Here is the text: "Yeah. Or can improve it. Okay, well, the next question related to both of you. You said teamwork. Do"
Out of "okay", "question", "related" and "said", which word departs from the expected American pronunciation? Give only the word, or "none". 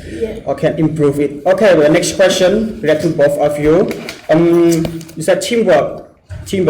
related